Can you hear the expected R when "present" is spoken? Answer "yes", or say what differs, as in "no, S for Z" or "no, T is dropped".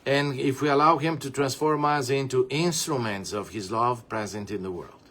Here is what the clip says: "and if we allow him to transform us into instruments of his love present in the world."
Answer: yes